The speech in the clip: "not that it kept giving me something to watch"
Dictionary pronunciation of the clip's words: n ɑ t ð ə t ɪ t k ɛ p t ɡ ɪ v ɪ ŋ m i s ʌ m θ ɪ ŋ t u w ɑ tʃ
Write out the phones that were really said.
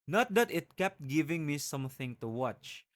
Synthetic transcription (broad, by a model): n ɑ t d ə t ɪ t k ɛ p t ɡ ɪ v ɪ ŋ m i s ʌ m θ ɪ ŋ t u w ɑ tʃ